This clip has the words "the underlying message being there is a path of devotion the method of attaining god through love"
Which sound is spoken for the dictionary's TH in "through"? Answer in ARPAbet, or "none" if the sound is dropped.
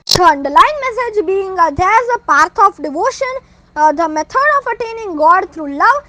T